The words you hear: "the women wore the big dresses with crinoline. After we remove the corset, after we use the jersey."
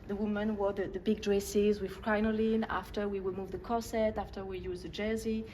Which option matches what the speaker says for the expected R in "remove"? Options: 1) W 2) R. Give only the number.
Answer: 1